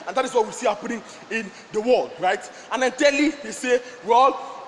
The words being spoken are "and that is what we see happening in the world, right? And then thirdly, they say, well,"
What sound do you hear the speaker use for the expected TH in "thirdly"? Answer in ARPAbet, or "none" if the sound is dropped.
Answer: T